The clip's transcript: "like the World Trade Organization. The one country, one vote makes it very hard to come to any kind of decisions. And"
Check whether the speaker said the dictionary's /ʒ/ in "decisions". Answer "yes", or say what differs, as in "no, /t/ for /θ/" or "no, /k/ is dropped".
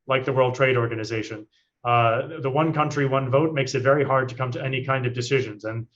yes